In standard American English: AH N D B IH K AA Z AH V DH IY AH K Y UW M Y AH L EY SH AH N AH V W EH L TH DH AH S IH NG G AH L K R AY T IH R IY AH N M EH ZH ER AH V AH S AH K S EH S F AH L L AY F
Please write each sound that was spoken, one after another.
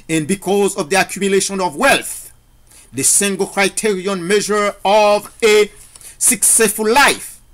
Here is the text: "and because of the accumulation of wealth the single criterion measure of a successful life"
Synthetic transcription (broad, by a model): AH N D B IH K AA Z AH V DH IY AH K Y UW M Y AH L EY SH AH N AH V W EH L TH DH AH S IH NG G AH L K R AY T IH R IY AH N M EH ZH ER AH V AH S AH K S EH S F AH L L AY F